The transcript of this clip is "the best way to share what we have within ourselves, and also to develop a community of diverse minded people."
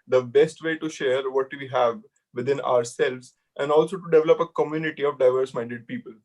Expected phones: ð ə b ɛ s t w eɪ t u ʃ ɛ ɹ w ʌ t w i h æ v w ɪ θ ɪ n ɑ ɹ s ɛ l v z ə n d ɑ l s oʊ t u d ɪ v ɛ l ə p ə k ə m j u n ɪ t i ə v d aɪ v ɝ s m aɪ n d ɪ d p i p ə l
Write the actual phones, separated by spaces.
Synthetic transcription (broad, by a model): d ə b ɛ s t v eɪ t u ʃ ɛ ɹ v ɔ t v i h æ v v ɪ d ɪ n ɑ ɹ s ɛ l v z ə n d ɑ l s oʊ t u d ɪ v ɛ l ə p ə k ə m j u n ɪ t i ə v d aɪ v ɝ s m aɪ n d ɪ d p i p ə l